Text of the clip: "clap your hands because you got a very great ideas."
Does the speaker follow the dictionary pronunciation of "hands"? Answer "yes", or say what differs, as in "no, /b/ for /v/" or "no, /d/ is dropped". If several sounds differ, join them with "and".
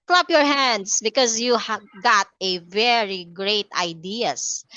no, /s/ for /z/